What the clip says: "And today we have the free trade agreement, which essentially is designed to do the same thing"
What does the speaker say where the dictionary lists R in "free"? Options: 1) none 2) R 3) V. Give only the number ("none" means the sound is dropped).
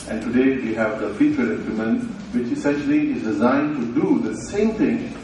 1